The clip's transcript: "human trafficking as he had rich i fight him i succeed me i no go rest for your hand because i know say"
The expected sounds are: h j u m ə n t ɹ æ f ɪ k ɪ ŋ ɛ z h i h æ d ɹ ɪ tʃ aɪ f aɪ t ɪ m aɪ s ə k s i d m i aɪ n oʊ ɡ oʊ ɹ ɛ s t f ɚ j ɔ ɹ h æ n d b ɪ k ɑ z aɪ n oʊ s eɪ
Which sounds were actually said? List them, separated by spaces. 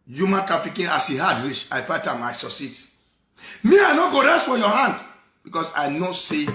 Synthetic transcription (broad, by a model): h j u m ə n t ɹ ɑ f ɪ k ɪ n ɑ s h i h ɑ d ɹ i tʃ aɪ f aɪ t ɪ m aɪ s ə s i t m i aɪ n oʊ ɡ oʊ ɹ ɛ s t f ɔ j ɔ h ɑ n d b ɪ k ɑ s aɪ n oʊ s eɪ